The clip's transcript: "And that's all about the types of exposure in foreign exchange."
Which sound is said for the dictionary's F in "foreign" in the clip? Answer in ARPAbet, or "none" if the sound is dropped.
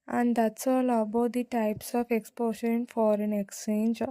F